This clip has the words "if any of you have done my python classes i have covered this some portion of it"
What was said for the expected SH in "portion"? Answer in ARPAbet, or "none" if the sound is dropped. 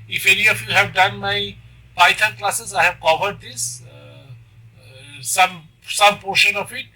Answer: SH